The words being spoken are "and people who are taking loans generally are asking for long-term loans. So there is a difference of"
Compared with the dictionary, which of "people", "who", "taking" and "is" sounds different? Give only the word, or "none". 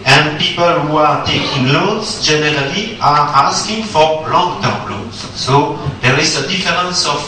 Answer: is